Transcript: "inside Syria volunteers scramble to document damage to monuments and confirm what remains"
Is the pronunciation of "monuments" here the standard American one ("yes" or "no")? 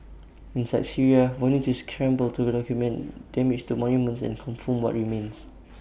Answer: yes